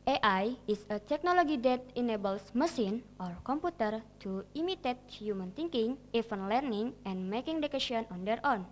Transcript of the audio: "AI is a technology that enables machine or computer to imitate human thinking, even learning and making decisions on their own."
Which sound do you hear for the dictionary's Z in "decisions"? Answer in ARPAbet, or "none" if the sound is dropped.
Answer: none